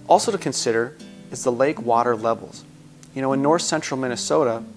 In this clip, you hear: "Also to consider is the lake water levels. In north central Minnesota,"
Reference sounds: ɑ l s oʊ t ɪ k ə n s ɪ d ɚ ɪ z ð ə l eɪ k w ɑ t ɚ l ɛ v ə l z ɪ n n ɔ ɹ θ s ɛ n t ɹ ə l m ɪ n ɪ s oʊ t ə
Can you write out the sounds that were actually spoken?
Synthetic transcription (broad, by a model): ɑ l s oʊ t ɪ k ə n s ɪ d ɚ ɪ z ð ə l eɪ k w ɑ t ɚ l ɛ v l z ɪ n n ɔ ɹ θ s ɛ n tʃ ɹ l m ɪ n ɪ s oʊ t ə